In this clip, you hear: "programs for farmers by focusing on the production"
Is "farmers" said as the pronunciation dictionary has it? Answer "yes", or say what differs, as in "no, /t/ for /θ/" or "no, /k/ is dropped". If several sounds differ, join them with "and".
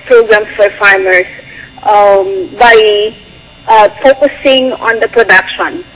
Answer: no, /s/ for /z/